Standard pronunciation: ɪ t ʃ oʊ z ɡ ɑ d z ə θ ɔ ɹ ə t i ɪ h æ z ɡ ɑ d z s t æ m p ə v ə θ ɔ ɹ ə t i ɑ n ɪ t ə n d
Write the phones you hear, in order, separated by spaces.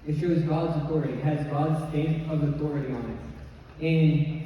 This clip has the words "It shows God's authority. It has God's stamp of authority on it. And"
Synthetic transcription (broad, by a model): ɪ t ʃ oʊ z ɡ ɑ d z ə θ ɔ ɹ ə t i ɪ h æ z ɡ ɑ d z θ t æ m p ə v ə θ ɔ ɹ ə t i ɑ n ɪ t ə n